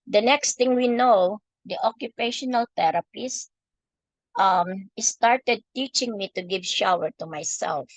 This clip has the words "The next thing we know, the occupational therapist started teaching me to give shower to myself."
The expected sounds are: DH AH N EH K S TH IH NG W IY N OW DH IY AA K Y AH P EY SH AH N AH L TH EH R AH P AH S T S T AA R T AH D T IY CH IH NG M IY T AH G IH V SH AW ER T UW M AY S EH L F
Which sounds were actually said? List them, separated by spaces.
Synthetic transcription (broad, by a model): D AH N EH K S T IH NG W IY N OW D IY AA K Y AH P EY SH AH N AH L T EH R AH P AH S T S T AA R T AH D T IY CH IH NG M IY T AH G IH V SH AW ER T UW M AY S EH L F